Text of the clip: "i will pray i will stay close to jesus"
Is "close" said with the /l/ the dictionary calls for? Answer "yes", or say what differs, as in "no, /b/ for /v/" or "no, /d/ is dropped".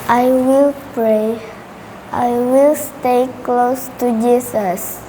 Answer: yes